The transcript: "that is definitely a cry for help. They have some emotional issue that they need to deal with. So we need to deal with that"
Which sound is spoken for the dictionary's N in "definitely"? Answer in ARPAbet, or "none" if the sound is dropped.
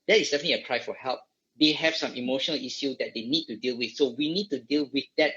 none